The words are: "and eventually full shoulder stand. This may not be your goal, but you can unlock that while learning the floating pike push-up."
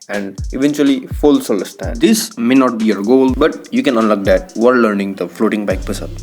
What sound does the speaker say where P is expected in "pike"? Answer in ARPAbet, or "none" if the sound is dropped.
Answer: B